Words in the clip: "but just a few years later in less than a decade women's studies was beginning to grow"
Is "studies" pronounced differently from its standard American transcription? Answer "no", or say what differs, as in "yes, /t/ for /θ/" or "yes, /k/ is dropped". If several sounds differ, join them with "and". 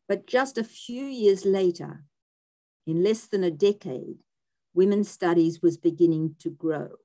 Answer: no